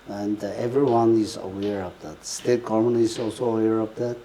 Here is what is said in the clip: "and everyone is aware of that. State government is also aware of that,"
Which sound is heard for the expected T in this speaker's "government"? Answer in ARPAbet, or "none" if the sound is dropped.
none